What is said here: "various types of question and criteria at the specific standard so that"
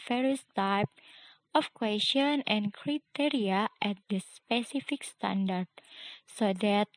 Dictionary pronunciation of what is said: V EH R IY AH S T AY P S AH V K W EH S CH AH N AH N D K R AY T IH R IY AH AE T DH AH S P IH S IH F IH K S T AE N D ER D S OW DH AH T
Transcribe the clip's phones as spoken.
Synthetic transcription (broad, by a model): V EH R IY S T AY P AH F K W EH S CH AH N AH N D K R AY T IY R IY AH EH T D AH S P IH S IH F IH K S T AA N D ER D S OW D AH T